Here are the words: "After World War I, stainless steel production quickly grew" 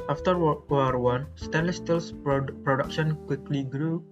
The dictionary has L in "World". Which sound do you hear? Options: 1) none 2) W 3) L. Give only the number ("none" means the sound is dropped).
1